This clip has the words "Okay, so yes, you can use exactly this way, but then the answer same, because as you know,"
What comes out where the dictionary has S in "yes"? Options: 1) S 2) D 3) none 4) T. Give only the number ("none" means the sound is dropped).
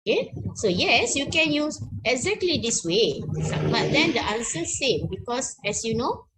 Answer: 1